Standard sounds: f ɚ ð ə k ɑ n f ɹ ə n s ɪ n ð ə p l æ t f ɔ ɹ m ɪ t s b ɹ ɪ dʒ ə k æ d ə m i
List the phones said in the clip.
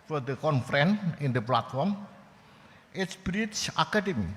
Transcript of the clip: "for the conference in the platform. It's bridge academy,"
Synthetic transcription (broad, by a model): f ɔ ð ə k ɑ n f ɹ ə n ɪ n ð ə p l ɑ t f ɔ ɹ m ɪ t s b ɹ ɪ tʃ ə k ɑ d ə m i